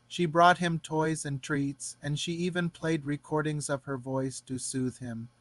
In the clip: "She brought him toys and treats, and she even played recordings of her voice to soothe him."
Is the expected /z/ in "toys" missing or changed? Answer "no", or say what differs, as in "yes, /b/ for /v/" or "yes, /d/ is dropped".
no